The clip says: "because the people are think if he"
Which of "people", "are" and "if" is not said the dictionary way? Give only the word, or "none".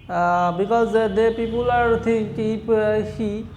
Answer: if